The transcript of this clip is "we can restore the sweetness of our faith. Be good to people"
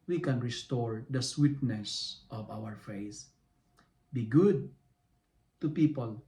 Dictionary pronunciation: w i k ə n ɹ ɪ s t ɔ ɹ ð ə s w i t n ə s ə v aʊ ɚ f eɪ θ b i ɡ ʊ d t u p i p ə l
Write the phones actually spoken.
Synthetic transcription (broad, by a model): w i k ə n ɹ ɪ s t ɔ ɹ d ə s w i t n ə s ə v aʊ ɚ f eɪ s b i ɡ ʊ d t u p i p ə l